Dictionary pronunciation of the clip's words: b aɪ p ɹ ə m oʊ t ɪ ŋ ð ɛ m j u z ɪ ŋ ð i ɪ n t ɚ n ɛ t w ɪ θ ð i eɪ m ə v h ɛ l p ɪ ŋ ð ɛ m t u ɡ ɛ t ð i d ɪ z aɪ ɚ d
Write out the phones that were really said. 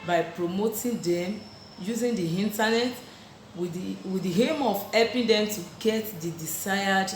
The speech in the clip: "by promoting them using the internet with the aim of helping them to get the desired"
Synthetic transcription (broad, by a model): b aɪ p ɹ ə m oʊ t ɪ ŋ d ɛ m j u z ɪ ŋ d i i n t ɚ n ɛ t w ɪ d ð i eɪ m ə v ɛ p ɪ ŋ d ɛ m t u ɡ ɛ t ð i d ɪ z aɪ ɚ d